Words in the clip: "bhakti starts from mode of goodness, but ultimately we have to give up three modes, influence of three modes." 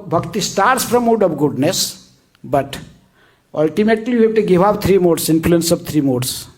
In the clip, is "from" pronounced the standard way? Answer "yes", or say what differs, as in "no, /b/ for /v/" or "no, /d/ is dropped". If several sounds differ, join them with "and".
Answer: no, /p/ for /f/